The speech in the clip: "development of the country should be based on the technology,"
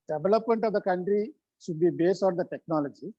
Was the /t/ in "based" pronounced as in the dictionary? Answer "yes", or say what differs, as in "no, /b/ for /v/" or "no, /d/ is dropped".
no, /t/ is dropped